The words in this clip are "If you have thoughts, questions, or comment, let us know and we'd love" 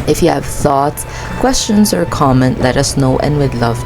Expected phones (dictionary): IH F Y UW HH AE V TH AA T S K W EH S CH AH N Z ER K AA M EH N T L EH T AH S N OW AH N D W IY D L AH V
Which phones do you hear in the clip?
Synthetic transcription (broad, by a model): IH F Y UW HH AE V TH AA T S K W EH S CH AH N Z ER K AA M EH N L EH T AH S N OW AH N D W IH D L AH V